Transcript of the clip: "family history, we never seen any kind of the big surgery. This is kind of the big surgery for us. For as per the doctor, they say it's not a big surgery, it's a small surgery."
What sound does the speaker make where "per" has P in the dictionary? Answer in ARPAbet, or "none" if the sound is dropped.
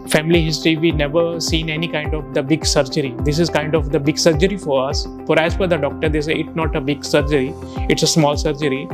F